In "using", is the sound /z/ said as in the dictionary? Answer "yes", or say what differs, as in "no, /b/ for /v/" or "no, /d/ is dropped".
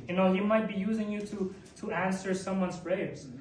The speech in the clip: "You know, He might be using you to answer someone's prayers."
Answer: yes